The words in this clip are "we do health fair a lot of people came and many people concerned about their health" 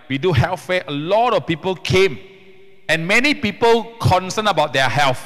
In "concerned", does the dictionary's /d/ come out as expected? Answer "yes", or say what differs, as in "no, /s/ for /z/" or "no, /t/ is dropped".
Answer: no, /d/ is dropped